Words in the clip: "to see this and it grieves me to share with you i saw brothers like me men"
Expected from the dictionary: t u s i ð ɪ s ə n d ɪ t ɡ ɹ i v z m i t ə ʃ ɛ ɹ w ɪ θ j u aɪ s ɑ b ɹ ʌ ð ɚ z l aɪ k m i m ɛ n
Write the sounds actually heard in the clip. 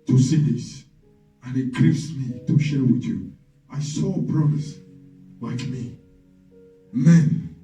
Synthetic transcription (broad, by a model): t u s i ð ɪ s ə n ɪ t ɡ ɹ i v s m i t ə ʃ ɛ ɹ w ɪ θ j u aɪ s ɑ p ɹ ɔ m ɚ s l aɪ k m i m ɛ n